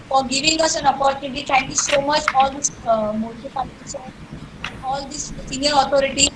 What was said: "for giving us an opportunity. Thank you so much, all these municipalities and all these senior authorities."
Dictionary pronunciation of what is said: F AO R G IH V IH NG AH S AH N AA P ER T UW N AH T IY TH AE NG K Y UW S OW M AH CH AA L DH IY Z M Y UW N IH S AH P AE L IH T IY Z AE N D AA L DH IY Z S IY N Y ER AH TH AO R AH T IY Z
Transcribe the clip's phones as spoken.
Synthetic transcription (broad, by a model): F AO R G IH V IH NG AH S AH N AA P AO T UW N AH T IY T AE NG K Y UW S OW M AH CH AA L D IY S M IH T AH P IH S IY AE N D AA L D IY S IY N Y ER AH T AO R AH T IY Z